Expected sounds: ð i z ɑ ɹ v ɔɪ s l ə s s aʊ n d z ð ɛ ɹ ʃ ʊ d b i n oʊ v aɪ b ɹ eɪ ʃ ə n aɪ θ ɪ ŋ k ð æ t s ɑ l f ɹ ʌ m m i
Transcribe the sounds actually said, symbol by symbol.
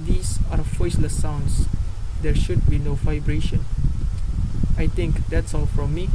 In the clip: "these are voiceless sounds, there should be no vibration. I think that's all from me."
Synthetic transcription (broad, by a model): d i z ɑ ɹ f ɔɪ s l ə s s aʊ n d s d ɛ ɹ ʃ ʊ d b i n oʊ v aɪ b ɹ eɪ ʃ ə n aɪ t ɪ ŋ k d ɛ t s ɑ l f ɹ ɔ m m i